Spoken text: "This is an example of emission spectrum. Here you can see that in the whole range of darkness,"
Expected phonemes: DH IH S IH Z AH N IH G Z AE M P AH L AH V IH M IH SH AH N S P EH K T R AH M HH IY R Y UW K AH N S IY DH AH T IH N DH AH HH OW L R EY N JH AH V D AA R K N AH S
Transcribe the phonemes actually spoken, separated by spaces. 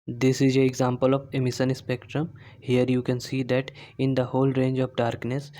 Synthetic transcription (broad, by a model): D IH S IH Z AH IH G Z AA M P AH L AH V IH M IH S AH N S P EH K T R AH M HH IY R Y UW K AH N S IY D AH T IH N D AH HH OW L R EY N JH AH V D AA R K N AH S